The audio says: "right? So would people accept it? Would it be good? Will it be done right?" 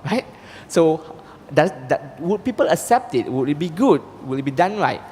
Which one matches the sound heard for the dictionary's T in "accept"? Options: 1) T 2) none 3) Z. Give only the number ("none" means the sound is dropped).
1